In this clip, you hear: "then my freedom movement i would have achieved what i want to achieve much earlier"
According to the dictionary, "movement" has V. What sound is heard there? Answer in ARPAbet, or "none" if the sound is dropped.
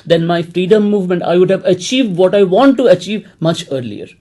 V